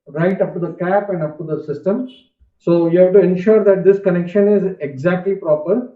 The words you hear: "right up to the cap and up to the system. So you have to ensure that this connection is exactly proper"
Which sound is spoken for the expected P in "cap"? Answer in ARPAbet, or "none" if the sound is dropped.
P